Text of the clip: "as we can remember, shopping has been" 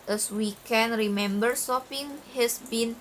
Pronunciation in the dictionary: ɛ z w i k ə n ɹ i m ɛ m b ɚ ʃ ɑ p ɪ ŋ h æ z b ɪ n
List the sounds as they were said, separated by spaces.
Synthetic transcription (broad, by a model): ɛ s w i k ə n ɹ i m ɛ m b ɚ s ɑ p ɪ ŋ h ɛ s b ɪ n